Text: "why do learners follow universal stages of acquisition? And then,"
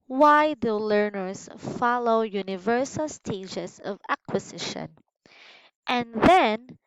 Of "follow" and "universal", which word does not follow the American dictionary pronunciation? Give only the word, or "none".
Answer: none